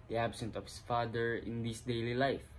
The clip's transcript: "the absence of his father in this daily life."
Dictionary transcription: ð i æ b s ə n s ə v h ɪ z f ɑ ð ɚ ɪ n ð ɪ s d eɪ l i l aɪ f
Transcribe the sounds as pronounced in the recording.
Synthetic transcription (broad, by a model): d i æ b s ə n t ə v h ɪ s f ɑ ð ɚ ɪ n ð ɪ s d eɪ l i l aɪ f